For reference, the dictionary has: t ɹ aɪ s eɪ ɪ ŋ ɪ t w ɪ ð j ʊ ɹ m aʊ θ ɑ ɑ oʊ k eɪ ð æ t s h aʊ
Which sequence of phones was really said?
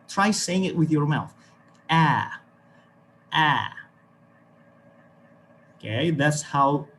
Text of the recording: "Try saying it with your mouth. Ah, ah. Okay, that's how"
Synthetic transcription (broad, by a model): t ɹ aɪ s eɪ ɪ ŋ ɪ t w ɪ ð j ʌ ɹ m aʊ θ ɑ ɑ oʊ k eɪ ð æ t s h aʊ